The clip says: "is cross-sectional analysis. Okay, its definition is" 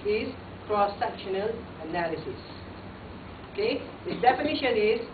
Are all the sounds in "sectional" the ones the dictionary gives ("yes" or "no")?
yes